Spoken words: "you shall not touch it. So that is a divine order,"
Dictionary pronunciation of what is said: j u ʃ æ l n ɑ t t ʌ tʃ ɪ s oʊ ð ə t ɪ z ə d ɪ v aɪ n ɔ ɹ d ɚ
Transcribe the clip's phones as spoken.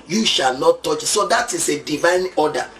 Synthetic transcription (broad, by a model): j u ʃ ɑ l n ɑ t t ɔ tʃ s oʊ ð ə t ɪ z ə d ɪ v aɪ n ɔ d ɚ